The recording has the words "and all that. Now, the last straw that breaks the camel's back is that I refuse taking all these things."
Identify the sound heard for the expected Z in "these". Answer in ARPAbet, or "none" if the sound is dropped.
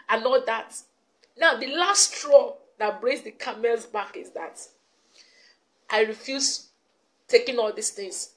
S